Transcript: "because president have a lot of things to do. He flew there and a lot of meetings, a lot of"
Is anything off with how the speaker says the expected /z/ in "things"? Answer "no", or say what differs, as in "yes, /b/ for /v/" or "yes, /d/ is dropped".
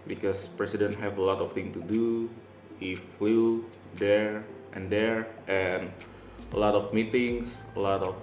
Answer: yes, /z/ is dropped